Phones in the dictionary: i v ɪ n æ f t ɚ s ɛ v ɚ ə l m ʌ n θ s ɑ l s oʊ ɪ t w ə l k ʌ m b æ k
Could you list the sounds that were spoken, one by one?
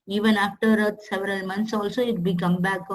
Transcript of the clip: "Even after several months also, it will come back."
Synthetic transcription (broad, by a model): i v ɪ n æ f t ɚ s ɛ v ɚ ə l m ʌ n t s ɑ l s oʊ ɪ t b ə k ʌ m b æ k